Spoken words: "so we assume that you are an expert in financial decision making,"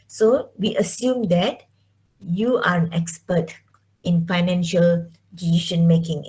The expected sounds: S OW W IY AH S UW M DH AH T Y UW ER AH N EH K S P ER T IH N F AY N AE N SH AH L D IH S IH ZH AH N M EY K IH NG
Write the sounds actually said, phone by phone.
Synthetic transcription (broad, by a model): S OW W IY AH S UW M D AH T Y UW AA AH N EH K S P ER T IH N F AY N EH N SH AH L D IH IY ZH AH N M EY K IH NG